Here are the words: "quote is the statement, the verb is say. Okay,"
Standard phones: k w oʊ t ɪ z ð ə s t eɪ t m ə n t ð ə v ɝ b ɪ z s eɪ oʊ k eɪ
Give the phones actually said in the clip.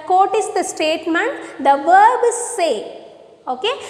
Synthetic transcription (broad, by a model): k oʊ t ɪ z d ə s t eɪ t m ə n t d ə v ɝ b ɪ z s eɪ oʊ k eɪ